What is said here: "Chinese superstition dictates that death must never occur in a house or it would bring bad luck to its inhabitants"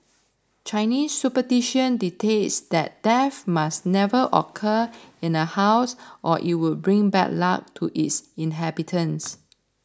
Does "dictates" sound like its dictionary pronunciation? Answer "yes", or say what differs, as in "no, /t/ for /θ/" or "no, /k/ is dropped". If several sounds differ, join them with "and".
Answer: no, /k/ is dropped